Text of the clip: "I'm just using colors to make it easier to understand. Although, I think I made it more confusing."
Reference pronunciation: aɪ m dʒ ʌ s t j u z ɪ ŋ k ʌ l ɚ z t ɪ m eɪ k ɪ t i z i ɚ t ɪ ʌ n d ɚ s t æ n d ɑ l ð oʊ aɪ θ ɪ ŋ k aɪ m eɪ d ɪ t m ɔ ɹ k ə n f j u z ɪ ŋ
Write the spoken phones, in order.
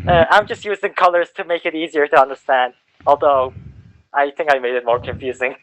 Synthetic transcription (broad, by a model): aɪ m dʒ ʌ s t j u z ɪ ŋ k ʌ l ɚ z t ɪ m eɪ k ɪ t i z i ɚ t ɪ ʌ n d ɚ s t æ n d ɑ l ð oʊ aɪ θ ɪ ŋ k aɪ m eɪ d ɪ t m ɔ ɹ k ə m f j u z ɪ ŋ